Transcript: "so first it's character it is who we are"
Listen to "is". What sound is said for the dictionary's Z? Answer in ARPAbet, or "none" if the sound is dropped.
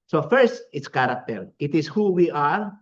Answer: S